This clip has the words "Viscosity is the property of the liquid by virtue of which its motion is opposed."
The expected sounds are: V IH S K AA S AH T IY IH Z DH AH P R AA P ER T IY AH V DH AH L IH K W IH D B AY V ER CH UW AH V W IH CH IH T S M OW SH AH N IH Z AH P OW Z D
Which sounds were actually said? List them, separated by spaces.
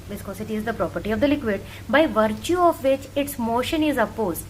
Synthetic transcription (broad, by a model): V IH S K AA S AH T IY IH Z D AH P R AA P ER T IY AH V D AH L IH K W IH D B AY V ER CH UW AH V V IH CH IH T S M OW SH AH N IH Z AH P OW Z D